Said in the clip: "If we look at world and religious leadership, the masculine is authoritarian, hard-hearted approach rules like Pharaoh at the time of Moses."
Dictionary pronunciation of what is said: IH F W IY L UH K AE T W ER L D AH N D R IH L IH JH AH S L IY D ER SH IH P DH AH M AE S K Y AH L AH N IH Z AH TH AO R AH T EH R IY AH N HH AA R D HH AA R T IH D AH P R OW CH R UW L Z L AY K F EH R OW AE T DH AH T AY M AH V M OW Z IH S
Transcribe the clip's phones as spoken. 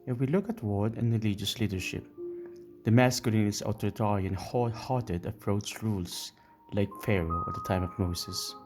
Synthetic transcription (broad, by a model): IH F W IY L UH K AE T W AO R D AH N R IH L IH JH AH S L IY D ER SH IH P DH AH M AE S K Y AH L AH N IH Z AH T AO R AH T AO R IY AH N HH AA HH AA R T IH D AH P R OW S R UW L S L AY K F EH R OW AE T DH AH T AY M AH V M OW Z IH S